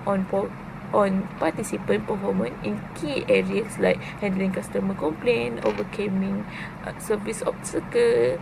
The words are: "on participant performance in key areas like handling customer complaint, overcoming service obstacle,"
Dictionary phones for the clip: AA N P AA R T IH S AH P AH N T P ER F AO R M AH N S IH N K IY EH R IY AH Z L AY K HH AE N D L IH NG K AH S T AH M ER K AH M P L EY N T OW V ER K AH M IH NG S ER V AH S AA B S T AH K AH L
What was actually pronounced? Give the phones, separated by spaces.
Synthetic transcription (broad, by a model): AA N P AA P T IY S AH P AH N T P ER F AO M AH N IH N K IY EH R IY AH S L AY K HH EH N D L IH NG K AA S T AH M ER K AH M P L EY N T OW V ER K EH M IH NG S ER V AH S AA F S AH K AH